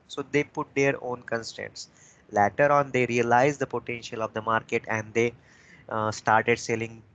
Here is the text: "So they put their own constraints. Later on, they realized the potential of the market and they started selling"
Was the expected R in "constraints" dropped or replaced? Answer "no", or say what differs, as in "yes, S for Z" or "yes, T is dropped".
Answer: yes, R is dropped